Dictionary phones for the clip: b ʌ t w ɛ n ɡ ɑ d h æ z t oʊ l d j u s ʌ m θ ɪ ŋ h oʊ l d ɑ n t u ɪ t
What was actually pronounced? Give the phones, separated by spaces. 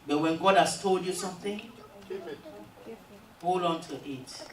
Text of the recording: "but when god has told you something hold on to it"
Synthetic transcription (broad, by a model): b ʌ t w ɛ n ɡ ɑ d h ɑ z t oʊ l d j u s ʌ m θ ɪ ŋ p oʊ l ɑ n t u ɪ t